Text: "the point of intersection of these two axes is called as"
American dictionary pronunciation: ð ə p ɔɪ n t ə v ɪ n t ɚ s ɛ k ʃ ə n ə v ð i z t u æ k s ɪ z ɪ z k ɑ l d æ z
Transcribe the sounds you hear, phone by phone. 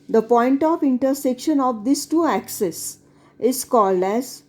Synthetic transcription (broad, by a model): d ə p ɔɪ n t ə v ɪ n t ɚ s ɛ k ʃ ə n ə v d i s t u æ k s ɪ s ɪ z k ɑ l d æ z